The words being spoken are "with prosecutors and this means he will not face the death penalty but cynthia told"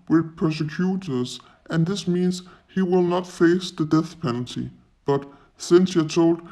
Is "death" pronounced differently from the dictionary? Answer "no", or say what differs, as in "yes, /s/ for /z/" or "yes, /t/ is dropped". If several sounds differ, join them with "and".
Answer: no